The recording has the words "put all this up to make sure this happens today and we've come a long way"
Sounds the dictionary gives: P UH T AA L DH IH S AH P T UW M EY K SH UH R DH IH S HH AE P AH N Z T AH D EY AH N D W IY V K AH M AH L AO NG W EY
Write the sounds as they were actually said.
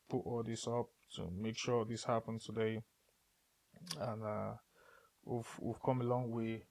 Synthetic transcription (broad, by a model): P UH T AA L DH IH S AH P T UW M EY K SH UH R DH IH S HH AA P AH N T AH D EY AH N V W IY V K AH M AH L AO NG W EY